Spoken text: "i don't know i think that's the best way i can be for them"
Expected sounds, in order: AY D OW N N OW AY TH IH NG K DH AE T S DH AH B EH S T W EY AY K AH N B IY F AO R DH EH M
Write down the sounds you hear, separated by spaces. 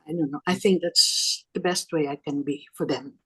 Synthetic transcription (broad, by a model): AY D OW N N OW AY TH IH NG K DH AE T S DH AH B EH S T W EY AY K AH N B IY F AO R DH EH M